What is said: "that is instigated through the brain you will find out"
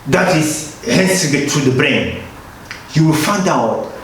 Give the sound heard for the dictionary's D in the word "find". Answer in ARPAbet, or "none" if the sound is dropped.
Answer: D